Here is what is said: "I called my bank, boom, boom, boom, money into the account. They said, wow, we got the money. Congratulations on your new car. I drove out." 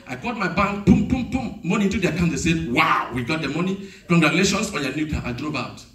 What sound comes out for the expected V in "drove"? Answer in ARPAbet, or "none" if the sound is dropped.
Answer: B